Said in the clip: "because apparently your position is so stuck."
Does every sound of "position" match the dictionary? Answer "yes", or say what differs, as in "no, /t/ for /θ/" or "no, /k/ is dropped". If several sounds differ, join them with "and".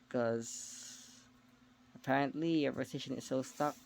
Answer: no, /s/ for /z/